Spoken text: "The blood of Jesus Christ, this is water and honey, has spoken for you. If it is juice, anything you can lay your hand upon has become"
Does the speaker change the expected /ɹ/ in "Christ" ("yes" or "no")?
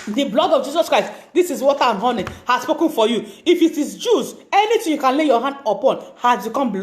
no